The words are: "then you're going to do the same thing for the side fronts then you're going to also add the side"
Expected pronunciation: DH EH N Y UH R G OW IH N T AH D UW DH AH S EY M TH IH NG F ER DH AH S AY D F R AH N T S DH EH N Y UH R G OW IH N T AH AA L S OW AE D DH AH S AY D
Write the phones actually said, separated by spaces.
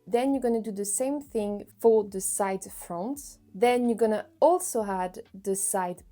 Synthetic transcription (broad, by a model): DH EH N Y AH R G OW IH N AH D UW DH AH S EY M TH IH NG F ER DH AH S AY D F R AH N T DH EH N Y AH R G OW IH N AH AA L S OW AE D DH AH S AY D